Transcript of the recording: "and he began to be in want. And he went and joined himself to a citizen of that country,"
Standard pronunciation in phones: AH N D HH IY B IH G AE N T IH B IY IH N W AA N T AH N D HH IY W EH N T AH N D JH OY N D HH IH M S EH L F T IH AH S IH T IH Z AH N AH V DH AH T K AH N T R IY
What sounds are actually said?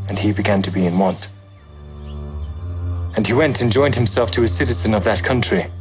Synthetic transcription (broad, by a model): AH N IY B IH G AE N T IH B IY IH N W AA N T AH N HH IY W EH N T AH N JH OY N D HH IH M S EH L F T IH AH S IH T IH Z AH N AH V DH AH T K AH N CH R IY